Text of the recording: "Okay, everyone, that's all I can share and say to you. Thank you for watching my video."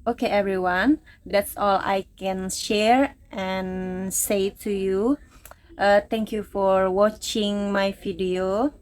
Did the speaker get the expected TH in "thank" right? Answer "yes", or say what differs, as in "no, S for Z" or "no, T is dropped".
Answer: no, T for TH